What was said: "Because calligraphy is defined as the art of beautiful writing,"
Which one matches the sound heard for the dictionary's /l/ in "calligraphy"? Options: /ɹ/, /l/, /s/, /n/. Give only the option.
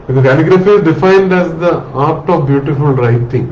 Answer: /n/